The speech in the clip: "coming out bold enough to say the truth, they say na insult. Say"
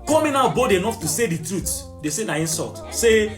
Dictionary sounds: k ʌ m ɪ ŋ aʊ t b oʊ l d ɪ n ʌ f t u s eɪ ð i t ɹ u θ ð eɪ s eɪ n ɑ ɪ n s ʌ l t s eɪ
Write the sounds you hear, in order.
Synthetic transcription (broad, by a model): k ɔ m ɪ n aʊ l b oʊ d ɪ n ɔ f t u s eɪ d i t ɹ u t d eɪ s eɪ n ɑ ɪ n s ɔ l t s eɪ